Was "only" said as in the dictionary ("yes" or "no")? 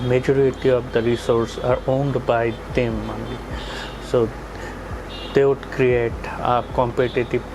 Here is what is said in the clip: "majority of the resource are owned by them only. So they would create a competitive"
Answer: no